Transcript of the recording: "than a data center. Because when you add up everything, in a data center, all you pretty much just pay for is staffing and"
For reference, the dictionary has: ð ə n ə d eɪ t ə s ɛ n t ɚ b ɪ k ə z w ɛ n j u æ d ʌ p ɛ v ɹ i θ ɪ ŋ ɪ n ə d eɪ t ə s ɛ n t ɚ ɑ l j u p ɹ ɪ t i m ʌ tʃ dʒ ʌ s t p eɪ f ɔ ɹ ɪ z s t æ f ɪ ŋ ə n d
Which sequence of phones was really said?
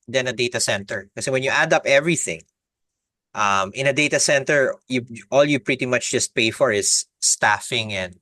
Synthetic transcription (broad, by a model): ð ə n ə d eɪ t ə s ɛ n t ɚ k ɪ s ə w ɛ n j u æ d ʌ p ɛ v ɹ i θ ɪ ŋ ɪ n ə d eɪ t ə s ɛ n t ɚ ɑ l j u p ɹ ɪ t i m ʌ tʃ dʒ ʌ s t p eɪ f ɔ ɹ ɪ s t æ f ɪ ŋ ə n d